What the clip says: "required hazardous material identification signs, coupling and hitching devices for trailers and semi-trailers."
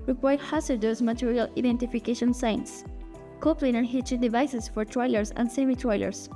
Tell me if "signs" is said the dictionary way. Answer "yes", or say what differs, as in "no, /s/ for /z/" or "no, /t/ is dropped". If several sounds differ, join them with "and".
no, /s/ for /z/